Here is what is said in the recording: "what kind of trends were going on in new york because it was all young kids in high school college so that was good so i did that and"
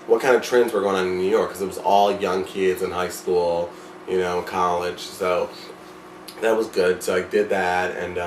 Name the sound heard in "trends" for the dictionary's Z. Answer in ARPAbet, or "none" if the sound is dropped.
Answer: Z